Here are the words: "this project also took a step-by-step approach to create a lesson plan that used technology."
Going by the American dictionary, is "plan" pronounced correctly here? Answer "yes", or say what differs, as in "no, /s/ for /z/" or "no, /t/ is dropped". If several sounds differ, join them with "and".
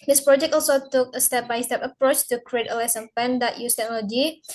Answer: no, /l/ is dropped